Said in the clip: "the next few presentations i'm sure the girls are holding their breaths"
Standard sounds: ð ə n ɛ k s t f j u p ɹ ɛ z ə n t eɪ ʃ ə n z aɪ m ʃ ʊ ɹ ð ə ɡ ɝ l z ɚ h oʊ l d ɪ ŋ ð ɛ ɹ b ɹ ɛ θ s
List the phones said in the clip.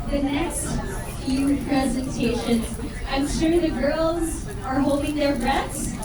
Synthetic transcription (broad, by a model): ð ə n ɛ k s t f j u p ɹ ɛ z ə n t eɪ ʃ ə n z aɪ m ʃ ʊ ɹ ð ə ɡ ɝ l z ɚ h oʊ l d ɪ ŋ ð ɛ ɹ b ɹ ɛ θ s